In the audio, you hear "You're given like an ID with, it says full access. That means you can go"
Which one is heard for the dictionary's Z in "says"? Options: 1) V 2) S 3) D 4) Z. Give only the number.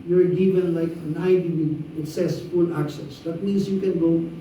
2